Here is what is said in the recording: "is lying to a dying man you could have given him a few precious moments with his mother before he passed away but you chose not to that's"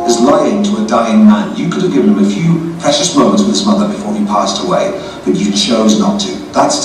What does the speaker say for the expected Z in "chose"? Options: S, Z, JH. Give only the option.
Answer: Z